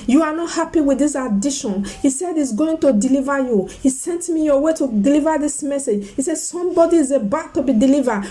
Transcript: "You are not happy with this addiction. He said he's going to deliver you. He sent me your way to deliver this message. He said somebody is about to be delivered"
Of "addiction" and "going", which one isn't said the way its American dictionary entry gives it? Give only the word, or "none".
addiction